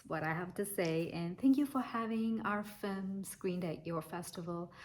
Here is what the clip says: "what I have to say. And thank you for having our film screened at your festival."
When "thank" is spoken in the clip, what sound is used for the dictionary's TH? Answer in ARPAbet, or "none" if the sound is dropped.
TH